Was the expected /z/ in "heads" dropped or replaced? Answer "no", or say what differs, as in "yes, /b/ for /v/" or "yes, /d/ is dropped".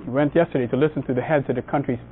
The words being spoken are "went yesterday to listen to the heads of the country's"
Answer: no